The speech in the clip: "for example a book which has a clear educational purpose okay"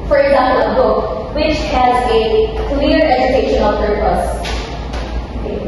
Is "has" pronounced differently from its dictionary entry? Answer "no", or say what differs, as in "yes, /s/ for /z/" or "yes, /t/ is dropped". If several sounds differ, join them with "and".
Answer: no